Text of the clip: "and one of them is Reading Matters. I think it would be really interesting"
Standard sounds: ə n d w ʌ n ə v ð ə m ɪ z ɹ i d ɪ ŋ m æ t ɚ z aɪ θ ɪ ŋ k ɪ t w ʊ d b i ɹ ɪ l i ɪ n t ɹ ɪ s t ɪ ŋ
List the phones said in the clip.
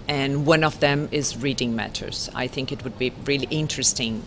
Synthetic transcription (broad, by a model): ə n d w ʌ n ə v ð ə m ɪ z ɹ i d ɪ ŋ m æ t ɚ z aɪ θ ɪ ŋ k ɪ t w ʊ d b i ɹ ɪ l i ɪ n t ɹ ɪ s t ɪ ŋ